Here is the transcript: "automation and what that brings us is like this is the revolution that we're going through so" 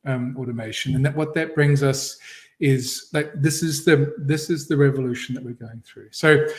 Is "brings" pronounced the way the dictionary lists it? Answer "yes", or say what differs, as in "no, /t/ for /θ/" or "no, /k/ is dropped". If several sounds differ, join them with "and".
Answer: yes